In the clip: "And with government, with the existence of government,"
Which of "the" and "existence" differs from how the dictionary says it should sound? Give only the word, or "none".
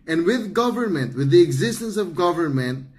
none